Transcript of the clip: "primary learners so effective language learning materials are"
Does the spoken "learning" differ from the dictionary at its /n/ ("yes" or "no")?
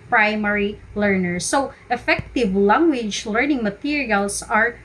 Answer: no